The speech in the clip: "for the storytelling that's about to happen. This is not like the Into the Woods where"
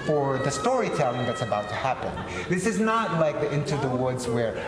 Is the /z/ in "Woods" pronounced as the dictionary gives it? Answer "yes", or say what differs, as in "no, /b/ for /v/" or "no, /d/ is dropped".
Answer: yes